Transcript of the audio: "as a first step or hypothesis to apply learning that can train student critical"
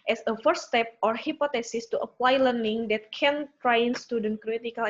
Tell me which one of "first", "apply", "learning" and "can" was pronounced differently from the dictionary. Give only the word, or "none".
first